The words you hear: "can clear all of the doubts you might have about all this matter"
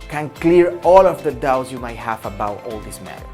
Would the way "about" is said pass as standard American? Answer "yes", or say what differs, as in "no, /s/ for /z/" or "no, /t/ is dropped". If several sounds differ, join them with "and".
no, /t/ is dropped